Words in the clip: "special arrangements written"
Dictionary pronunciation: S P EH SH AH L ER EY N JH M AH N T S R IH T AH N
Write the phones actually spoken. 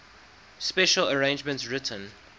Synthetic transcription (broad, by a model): S P EH SH AH L ER EY N JH M AH N T S R IH T AH N